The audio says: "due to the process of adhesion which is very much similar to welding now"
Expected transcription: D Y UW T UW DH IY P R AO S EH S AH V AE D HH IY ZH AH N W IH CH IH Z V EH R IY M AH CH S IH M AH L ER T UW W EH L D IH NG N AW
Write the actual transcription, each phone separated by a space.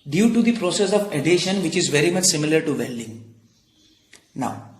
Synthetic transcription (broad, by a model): D Y UW T UW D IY P R AO S EH S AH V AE D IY SH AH N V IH CH IH Z V EH R IY M AH CH S IH M AH L ER T UW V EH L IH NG N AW